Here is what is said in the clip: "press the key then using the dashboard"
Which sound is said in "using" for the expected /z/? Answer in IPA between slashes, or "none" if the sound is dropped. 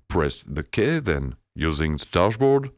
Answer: /z/